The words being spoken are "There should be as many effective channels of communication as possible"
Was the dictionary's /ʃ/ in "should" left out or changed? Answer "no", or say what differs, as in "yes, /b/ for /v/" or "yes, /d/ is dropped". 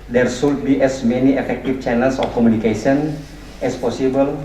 yes, /s/ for /ʃ/